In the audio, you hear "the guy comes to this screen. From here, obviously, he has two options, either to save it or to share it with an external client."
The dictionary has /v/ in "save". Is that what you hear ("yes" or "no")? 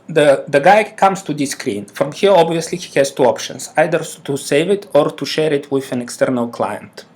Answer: yes